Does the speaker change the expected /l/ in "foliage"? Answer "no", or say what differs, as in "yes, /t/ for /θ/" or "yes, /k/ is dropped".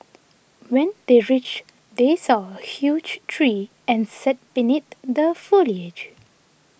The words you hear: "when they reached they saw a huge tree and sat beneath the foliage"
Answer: no